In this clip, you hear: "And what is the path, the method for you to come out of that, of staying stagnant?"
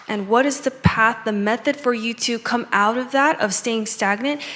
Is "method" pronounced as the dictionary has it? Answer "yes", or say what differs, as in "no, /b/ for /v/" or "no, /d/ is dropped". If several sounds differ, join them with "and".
yes